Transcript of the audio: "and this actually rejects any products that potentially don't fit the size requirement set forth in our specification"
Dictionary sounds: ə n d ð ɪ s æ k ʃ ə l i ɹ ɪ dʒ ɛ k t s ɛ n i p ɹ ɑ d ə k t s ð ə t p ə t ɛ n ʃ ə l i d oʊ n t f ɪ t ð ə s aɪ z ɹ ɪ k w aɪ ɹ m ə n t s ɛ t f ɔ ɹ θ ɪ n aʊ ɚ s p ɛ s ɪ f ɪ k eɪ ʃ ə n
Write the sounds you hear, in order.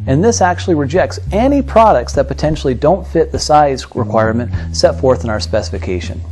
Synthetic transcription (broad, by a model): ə n ð ɪ s æ k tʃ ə l i ɹ ɪ dʒ ɛ k t s ɛ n i p ɹ ɑ d ə k t s ð ə t p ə t ɛ n ʃ l i d oʊ n t f ɪ t ð ə s aɪ z ɹ ɪ k w aɪ ɹ m ə n t s ɛ t f ɔ ɹ θ ɪ n aʊ ɚ s p ɛ s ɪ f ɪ k eɪ ʃ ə n